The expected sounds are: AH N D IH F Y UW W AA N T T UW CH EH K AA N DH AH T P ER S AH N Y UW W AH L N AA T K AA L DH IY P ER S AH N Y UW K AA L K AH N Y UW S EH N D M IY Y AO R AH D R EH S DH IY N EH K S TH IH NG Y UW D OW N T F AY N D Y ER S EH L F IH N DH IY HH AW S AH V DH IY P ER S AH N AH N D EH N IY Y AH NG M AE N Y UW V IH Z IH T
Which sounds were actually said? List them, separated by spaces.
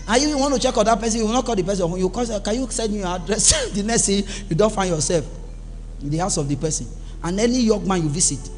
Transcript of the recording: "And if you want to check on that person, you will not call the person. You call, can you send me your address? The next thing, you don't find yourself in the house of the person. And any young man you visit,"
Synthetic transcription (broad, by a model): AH Y UW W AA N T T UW CH EH K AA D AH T P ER S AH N Y UW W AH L N AA T K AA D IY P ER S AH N Y UW K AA K AH N Y UW S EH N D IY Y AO AH D R EH S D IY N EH S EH Y UW D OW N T F AY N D Y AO S EH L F IH N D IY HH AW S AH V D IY P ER S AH N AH N EH N IY Y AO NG M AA N Y UW V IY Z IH T